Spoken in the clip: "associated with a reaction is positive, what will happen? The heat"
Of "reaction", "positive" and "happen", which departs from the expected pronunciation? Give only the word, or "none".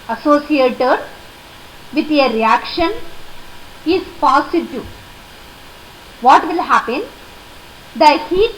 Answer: positive